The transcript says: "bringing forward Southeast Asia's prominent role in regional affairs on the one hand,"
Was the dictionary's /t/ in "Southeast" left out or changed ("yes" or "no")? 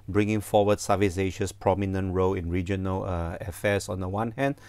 yes